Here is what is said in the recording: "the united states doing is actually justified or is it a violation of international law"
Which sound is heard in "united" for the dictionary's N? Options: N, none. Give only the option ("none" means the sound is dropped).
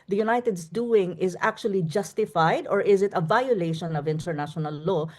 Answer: N